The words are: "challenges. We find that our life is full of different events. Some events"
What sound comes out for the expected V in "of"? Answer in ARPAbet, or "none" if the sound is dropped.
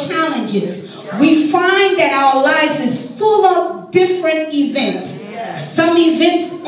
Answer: P